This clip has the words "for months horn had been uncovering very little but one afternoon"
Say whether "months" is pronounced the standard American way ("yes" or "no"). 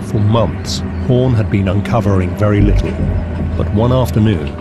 yes